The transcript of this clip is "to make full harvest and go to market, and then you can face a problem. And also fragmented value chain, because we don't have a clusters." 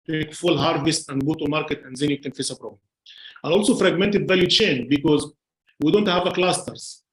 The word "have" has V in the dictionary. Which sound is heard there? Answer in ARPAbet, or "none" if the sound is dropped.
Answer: V